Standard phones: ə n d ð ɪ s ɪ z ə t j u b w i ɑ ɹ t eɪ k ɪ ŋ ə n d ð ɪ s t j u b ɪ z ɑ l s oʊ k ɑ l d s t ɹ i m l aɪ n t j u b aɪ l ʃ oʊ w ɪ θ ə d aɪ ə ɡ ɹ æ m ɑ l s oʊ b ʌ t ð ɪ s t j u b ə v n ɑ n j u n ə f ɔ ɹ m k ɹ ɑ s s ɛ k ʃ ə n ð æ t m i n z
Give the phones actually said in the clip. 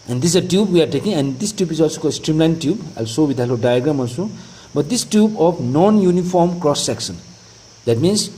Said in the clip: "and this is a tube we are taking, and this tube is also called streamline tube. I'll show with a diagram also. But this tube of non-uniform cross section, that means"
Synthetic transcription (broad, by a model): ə n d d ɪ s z ə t j u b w i ɑ ɹ t eɪ k ɪ ŋ ə n d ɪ s t j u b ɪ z ɑ l s oʊ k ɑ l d s t ɹ i m l aɪ n t j u b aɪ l s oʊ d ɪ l ə d aɪ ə ɡ ɹ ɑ m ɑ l s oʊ b ʌ t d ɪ s t j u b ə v n ɑ n j u n ə f ɔ ɹ m k ɹ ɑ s s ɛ k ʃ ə n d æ t m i n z